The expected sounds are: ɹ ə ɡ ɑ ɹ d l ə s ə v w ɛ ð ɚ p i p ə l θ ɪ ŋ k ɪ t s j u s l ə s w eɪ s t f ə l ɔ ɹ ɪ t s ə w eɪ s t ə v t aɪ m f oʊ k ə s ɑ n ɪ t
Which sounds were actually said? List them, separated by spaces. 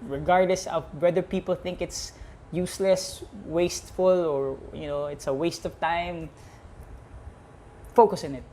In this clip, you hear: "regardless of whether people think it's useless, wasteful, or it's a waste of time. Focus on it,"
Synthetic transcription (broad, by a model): ɹ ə ɡ ɑ ɹ d l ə s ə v w ɛ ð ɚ p i p ə l θ ɪ ŋ k ɪ t s j u s l ə s w eɪ s t f ə l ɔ ɹ ɪ t s ə w eɪ s t ə v t aɪ m f oʊ k ə s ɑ n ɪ t